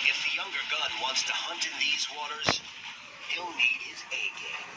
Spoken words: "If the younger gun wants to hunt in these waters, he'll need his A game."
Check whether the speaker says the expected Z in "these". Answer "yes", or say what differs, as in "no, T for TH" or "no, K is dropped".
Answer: yes